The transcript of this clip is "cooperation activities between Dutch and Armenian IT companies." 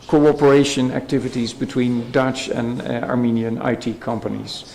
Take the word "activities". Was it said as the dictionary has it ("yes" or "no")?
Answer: yes